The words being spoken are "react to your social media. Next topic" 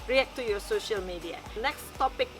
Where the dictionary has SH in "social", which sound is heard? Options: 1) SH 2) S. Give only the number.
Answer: 1